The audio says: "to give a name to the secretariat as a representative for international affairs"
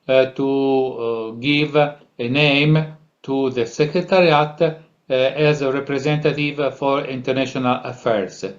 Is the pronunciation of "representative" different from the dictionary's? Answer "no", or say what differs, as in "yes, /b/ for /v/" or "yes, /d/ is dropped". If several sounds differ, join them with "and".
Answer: no